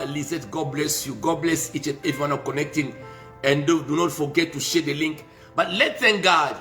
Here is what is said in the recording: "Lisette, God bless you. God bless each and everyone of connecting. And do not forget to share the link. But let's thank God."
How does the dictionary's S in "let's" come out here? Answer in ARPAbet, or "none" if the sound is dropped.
none